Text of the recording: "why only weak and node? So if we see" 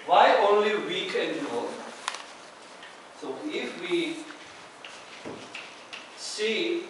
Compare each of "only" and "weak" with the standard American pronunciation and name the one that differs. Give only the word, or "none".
none